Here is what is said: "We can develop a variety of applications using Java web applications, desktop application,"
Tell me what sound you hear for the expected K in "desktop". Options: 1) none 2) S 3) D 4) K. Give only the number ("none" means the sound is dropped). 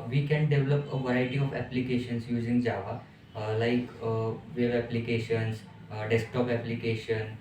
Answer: 4